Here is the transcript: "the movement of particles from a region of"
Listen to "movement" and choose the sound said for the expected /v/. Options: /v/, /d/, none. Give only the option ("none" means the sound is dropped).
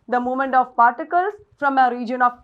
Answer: none